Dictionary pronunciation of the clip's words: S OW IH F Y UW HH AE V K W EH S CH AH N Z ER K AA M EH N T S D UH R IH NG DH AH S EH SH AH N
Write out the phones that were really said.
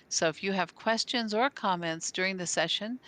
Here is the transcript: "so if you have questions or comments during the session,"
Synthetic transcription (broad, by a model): S OW IH F Y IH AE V K W EH S CH AH N Z ER K AA M EH N T S D UH R IH NG DH AH S EH SH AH N